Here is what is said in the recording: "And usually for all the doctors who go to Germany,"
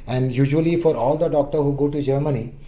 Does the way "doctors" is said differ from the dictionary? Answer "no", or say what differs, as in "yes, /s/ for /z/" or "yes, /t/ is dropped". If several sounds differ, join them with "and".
yes, /z/ is dropped